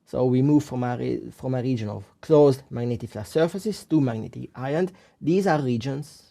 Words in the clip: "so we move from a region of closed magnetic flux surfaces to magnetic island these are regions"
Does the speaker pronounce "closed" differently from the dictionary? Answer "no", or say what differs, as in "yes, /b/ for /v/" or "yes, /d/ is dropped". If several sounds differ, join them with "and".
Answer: no